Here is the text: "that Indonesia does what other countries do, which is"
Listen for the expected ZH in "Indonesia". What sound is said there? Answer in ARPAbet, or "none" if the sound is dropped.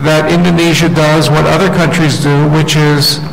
ZH